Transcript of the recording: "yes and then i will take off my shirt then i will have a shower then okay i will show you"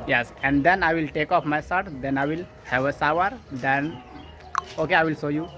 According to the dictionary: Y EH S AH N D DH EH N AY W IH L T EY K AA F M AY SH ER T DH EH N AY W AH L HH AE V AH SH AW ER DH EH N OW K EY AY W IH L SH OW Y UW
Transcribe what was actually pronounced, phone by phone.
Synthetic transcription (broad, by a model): Y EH S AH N D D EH N AY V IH L T EY K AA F M AY S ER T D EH N AY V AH L HH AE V AH S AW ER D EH N OW K EY AY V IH L S OW Y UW